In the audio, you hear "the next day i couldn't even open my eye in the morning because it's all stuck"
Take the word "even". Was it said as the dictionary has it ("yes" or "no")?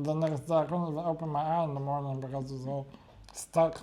no